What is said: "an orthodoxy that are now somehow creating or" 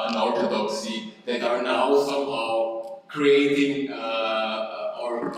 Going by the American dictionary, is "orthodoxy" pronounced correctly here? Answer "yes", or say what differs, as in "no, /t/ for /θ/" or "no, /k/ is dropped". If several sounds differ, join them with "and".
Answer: no, /t/ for /θ/